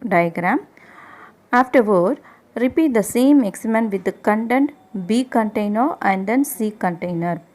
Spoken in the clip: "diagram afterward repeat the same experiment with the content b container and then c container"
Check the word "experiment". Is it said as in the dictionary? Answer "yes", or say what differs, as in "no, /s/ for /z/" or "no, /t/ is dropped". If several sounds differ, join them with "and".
no, /p/ is dropped